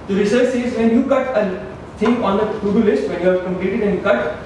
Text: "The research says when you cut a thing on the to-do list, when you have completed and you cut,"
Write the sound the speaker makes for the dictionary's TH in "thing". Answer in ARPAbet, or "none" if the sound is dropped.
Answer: T